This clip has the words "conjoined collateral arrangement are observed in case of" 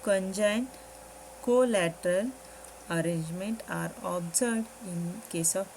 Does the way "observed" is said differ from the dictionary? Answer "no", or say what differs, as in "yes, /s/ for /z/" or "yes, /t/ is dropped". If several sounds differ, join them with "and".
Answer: yes, /v/ is dropped